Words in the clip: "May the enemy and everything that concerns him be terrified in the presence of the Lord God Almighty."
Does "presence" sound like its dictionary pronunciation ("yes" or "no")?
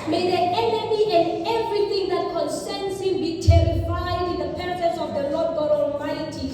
no